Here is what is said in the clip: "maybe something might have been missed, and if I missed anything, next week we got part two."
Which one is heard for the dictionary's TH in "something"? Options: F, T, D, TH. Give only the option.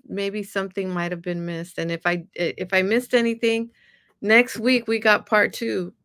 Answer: TH